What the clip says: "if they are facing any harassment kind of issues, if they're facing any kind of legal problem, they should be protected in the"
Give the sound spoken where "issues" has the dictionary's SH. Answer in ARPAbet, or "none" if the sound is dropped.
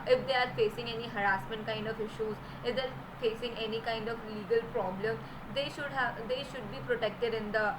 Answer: SH